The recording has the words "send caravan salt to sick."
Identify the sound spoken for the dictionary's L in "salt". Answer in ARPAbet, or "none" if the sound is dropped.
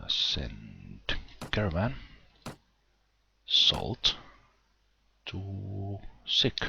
L